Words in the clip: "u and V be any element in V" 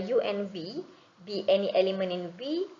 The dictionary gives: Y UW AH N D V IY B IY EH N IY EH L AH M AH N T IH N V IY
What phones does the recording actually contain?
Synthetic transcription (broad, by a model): Y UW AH N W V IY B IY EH N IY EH L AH M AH N IH N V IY